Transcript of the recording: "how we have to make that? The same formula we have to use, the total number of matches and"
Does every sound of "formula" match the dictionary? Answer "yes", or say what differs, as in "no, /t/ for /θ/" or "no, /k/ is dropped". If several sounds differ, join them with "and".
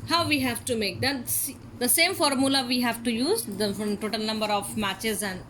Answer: yes